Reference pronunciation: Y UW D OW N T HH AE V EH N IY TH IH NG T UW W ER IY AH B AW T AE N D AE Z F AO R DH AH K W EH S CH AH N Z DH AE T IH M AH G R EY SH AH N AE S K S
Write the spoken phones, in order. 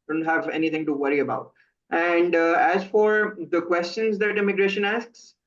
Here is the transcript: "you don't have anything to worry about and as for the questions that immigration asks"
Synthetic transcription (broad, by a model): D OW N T HH AE V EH N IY T IH NG T UW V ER IY AH B AW T AE N D AE Z F AO R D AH K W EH S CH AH N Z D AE T IH M AH G R EY SH AH N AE S K S